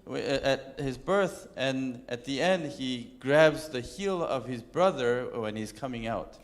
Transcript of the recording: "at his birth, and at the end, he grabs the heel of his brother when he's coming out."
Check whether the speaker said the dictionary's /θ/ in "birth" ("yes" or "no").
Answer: yes